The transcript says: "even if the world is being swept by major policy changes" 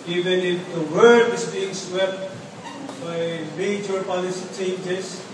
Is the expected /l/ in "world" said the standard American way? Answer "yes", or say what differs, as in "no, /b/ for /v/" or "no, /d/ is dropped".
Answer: no, /l/ is dropped